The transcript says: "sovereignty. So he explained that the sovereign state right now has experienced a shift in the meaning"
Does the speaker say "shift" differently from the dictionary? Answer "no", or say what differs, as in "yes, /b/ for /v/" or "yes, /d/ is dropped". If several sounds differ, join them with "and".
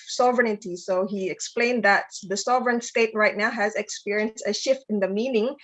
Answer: no